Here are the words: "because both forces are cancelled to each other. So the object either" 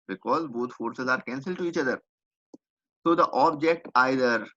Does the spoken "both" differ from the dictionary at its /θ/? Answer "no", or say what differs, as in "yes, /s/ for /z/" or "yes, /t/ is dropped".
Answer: yes, /t/ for /θ/